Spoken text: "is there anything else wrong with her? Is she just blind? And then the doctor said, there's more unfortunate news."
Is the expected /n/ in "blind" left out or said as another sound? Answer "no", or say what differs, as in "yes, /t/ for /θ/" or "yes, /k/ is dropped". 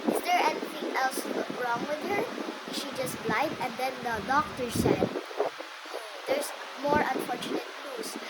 yes, /n/ is dropped